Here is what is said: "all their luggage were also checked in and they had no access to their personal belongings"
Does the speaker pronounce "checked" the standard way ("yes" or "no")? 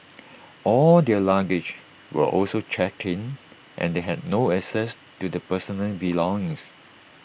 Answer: yes